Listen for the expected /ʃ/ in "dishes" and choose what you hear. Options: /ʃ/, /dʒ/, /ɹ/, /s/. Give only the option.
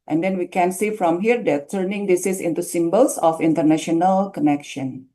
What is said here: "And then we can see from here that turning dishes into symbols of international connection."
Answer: /s/